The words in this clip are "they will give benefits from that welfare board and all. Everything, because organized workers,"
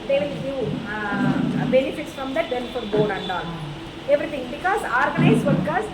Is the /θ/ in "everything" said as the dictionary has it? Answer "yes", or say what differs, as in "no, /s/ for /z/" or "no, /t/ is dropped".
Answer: no, /t/ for /θ/